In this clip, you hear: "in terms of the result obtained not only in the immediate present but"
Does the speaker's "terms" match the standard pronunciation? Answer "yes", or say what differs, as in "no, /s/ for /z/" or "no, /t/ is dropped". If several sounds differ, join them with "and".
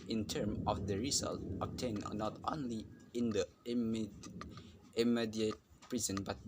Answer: no, /z/ is dropped